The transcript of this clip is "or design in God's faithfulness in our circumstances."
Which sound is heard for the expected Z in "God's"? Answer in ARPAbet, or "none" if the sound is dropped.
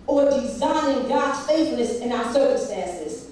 none